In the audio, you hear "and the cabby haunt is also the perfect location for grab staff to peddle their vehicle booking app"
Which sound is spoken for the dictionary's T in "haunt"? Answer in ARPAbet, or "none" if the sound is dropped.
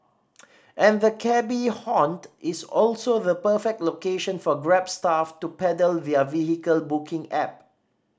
T